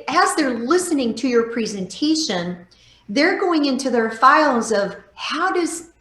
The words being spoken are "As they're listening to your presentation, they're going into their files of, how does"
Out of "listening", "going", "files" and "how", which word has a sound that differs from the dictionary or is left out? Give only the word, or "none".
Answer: none